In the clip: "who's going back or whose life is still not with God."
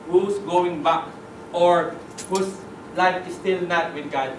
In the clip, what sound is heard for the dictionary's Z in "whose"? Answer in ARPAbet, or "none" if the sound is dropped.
S